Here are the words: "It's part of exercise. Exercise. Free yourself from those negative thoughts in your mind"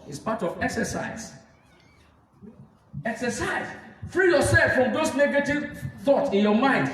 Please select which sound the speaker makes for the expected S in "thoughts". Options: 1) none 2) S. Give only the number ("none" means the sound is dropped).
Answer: 1